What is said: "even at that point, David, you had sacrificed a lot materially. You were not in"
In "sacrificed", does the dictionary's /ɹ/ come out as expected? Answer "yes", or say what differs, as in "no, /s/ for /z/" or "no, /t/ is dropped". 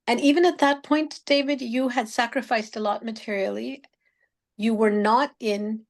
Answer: yes